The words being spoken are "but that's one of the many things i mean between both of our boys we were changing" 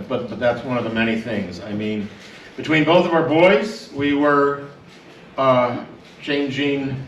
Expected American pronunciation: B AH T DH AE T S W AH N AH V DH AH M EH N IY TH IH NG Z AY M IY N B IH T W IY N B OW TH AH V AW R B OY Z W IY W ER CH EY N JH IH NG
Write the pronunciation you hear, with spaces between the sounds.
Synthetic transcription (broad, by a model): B AH T DH AE T S W AH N AH V DH AH M EH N IY TH IH NG Z AY M IY N B IH T W IY N B OW TH AH V AW R B OY Z W IY W ER CH EY N JH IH NG